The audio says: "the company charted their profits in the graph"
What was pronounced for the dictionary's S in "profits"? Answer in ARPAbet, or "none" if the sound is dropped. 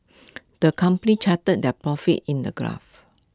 none